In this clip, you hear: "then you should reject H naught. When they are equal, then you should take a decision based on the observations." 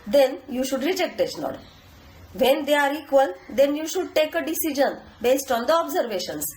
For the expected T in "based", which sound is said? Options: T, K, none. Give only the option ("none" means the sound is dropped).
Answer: T